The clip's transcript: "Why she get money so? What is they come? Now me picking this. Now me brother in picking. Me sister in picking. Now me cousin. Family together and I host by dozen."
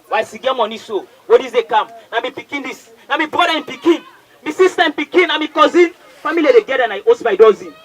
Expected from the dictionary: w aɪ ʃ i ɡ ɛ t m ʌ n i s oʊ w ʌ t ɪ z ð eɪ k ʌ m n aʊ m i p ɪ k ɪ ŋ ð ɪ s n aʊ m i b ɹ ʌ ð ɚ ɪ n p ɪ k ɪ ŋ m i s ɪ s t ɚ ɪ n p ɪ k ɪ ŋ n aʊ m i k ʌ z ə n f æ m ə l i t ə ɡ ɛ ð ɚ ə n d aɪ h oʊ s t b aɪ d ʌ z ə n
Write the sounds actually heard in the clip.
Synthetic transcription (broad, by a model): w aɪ s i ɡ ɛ m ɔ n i s oʊ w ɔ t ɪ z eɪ k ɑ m n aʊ m i p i k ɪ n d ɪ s n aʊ m i b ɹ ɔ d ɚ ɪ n p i k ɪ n m i s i s t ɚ ɪ n p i k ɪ n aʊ m i k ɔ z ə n f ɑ m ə l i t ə ɡ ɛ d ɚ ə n aɪ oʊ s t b aɪ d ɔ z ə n